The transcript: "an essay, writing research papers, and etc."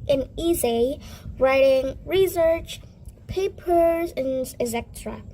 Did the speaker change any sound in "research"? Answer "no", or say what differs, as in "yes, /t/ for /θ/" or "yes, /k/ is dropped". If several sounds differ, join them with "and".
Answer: no